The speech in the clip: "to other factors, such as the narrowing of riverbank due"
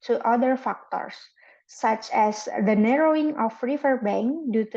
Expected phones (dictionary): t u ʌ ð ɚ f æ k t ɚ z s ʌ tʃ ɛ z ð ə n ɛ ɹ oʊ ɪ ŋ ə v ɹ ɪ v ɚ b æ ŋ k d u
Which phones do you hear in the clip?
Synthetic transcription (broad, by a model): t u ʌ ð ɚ f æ k t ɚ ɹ s ʌ tʃ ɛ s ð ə n ɛ ɹ oʊ ɪ ŋ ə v ɹ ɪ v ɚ b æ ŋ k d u